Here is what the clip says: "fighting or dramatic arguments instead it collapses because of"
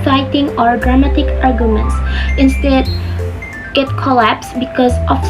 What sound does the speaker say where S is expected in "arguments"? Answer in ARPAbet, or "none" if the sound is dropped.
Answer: S